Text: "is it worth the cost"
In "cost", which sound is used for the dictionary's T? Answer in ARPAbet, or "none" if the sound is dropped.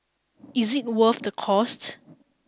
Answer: T